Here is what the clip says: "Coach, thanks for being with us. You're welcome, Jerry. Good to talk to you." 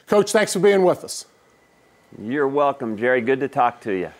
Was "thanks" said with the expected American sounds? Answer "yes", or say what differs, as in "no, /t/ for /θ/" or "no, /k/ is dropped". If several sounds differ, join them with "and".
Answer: yes